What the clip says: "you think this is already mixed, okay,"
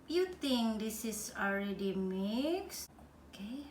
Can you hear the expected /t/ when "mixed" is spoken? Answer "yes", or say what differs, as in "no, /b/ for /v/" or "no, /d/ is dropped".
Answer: no, /t/ is dropped